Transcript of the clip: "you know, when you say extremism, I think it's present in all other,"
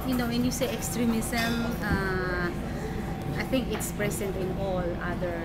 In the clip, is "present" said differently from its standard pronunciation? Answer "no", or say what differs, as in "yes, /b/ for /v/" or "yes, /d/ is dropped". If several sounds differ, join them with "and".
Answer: yes, /s/ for /z/